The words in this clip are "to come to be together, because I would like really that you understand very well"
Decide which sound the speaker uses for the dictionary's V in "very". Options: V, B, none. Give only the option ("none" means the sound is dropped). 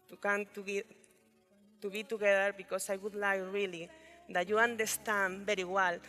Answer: B